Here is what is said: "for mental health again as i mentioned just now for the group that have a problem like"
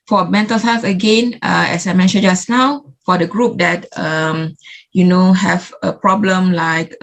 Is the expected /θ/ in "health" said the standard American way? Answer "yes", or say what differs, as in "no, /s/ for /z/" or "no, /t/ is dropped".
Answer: no, /f/ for /θ/